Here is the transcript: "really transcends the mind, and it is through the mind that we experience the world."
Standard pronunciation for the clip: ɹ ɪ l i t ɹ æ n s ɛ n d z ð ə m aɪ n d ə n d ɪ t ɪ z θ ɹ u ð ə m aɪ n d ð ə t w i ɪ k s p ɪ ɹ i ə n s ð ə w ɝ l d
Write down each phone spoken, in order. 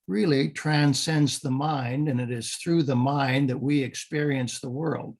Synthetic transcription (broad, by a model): ɹ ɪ l i t ɹ æ n s ɛ n d z ð ə m aɪ n d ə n ɪ t ɪ z θ ɹ u ð ə m aɪ n ð ə t w i ɪ k s p ɪ ɹ i ə n s ð ə w ɝ l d